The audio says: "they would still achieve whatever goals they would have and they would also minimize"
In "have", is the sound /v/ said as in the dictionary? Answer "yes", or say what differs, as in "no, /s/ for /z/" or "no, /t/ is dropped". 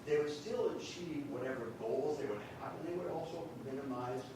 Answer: no, /p/ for /v/